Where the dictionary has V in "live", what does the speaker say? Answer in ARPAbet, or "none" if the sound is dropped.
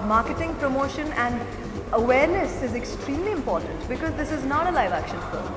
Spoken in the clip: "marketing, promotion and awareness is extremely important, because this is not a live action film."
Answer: V